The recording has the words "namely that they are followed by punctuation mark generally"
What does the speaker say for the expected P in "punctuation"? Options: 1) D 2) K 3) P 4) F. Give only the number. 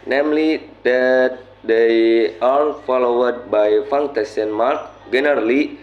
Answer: 4